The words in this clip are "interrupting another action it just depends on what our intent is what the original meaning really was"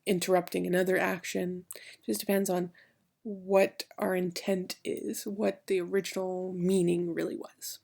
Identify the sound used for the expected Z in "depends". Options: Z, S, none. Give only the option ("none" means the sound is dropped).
Z